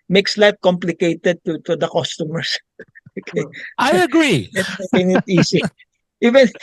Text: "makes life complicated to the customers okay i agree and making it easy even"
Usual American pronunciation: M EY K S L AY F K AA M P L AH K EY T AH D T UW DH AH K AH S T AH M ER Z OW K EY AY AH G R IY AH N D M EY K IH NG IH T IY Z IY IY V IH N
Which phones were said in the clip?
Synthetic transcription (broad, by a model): M EY K S L AY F K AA M P L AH K EY T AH D T UW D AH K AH S T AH M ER S OW K EY AY AH G R IY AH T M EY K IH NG IH T IY S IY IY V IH N